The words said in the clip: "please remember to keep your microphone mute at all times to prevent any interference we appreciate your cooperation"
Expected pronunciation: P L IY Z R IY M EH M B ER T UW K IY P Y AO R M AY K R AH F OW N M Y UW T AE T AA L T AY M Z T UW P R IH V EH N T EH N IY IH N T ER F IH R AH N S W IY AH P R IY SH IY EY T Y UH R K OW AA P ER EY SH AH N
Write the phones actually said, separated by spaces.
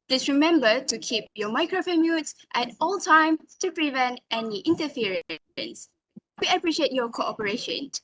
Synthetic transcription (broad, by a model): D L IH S R IY M EH M B ER T UW K IY P Y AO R M AY K R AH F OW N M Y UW T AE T AA L T AY M T UW P R IH V EH N T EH N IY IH N T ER F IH R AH N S W IY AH P R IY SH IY EY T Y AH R K OW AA P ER EY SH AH N